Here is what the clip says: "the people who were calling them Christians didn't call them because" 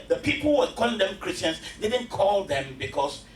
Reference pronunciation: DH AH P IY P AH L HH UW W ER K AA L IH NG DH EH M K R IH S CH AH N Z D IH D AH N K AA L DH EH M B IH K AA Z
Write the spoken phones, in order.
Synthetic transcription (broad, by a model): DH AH P IY P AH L W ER K AA L IH NG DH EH M K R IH S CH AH N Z D IH D AH N K AA L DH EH M B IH K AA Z